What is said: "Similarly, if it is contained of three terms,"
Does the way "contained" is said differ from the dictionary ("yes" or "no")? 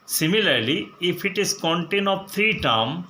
yes